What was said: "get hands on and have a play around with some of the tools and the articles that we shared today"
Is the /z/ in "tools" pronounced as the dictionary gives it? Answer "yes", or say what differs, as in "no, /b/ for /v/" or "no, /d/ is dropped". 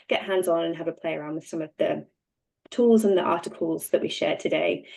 yes